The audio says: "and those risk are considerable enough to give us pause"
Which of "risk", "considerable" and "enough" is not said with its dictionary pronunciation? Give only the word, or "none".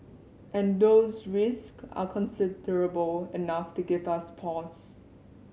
none